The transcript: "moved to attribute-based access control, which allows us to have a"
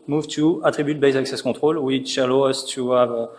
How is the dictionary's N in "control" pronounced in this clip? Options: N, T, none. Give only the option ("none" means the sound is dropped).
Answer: none